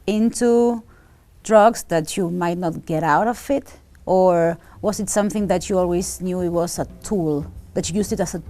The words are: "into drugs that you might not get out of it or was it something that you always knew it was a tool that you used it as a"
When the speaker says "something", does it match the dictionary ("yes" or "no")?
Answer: yes